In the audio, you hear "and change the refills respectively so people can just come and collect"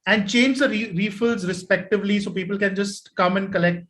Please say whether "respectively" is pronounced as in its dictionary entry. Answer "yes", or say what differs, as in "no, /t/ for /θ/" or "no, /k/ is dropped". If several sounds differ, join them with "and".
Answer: yes